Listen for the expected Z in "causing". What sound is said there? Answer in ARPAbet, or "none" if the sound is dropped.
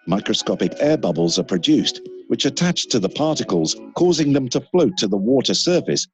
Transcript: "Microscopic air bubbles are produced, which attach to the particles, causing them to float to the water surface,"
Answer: Z